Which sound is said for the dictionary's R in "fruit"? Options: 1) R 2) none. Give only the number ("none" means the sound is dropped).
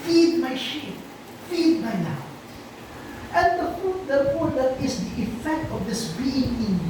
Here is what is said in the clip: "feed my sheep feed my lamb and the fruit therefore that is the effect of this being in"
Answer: 2